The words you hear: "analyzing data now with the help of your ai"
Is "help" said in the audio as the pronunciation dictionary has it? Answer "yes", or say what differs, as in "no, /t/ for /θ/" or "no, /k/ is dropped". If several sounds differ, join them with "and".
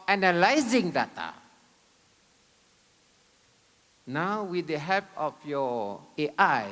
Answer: no, /l/ is dropped